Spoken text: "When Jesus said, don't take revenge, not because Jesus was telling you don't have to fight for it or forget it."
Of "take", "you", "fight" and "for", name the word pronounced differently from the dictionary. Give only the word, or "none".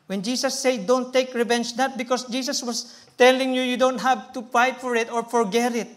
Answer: fight